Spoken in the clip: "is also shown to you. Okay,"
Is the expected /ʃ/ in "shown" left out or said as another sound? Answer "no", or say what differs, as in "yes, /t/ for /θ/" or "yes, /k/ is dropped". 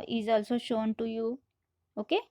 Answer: no